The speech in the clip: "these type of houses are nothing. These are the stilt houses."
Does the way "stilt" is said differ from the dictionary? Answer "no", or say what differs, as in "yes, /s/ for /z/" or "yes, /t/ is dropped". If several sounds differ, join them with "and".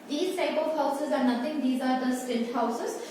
yes, /n/ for /l/